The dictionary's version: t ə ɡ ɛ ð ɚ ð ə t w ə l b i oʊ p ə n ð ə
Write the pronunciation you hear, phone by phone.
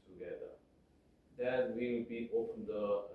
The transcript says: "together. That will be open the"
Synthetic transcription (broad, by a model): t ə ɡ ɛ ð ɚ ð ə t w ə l b i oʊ f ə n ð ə